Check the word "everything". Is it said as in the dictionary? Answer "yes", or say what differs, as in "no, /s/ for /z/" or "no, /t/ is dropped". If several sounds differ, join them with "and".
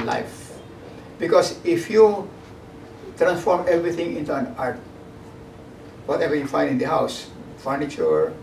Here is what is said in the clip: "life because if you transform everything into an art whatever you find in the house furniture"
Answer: no, /t/ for /θ/